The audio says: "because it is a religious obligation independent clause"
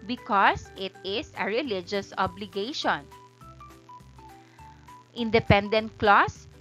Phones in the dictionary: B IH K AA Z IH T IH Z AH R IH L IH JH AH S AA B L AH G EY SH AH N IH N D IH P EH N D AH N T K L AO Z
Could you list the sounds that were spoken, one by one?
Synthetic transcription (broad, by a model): B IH K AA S IH T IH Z AH R IH L IH JH AH S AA B L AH G EY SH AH N IH N D IH P EH N D AH N T K L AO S